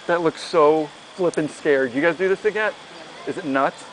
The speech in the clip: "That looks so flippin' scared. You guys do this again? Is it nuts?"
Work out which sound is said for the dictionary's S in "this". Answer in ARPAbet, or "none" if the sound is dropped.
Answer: S